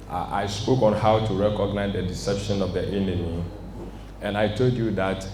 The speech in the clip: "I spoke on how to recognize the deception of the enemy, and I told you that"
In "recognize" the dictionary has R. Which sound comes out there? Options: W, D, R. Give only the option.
R